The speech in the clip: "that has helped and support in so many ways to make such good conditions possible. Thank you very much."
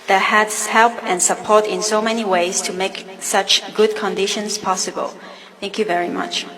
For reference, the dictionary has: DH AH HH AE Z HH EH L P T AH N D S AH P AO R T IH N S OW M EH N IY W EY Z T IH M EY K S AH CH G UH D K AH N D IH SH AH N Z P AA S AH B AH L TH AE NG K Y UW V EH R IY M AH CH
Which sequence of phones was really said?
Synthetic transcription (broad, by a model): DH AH HH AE S HH EH L P AH N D S AH P AO R T IH N S OW M EH N IY W EY Z T IH M EY K S AH CH G UH D K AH N D IH SH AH N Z P AA S AH B AH L TH AE NG K Y UW V EH R IY M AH CH